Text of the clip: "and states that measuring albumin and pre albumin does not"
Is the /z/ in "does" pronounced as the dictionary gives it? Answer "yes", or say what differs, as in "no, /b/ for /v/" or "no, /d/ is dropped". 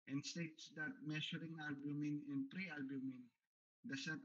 no, /s/ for /z/